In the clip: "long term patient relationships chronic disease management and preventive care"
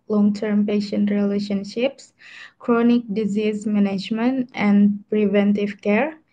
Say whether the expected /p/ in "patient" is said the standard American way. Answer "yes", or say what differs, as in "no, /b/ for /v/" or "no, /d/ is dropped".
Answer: yes